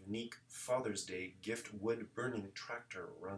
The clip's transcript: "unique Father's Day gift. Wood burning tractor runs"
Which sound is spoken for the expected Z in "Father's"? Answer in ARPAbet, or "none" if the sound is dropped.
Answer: Z